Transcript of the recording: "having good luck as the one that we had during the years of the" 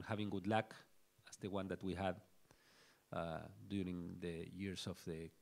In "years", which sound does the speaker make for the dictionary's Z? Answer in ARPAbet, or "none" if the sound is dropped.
S